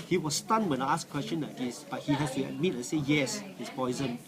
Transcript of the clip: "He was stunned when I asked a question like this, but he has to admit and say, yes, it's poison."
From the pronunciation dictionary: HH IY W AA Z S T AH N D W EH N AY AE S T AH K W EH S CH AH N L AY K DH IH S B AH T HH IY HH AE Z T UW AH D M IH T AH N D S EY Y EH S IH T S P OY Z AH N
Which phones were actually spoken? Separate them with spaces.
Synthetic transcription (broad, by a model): HH IY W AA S T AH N W EH N AY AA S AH K W EH S CH AH N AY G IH S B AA T HH IY HH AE S T UW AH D M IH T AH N S EY Y EH S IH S P OY Z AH N